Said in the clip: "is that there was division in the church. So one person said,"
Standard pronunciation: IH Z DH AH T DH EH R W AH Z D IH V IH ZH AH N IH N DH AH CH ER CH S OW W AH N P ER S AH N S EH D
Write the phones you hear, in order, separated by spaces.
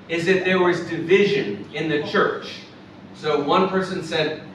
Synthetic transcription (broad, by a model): IH Z DH AH T DH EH R W AH Z D IH V IH ZH AH N IH N DH AH CH ER CH S OW W AH N P ER S AH N S EH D